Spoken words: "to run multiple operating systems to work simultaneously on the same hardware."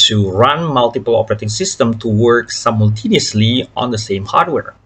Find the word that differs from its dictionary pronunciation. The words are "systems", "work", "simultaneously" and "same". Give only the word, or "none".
systems